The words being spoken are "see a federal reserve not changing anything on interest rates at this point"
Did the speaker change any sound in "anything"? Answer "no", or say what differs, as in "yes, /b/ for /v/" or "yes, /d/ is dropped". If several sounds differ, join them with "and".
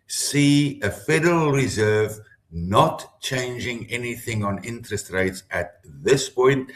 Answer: no